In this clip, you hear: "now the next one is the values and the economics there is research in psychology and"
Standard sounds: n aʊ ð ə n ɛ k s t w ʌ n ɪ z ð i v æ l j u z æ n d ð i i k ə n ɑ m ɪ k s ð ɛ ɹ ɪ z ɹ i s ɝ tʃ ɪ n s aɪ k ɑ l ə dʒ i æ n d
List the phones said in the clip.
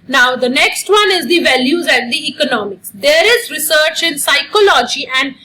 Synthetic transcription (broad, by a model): n aʊ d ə n ɛ k s t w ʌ n ɪ z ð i v æ l j u z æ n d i i k ə n ɑ m ɪ k s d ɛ ɹ ɪ z ɹ i s ɝ tʃ ɪ n s aɪ k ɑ l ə dʒ i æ n d